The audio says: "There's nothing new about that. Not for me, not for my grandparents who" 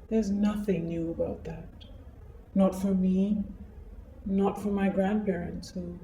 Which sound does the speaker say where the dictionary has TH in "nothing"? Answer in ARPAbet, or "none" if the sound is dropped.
TH